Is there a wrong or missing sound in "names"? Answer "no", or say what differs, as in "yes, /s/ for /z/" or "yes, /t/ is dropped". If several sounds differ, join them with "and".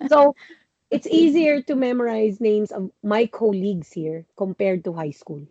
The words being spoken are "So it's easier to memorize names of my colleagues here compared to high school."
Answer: yes, /s/ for /z/